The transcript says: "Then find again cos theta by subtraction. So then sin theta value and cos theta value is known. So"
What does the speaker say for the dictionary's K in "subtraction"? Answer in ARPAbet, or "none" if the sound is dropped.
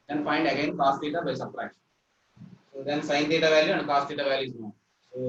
none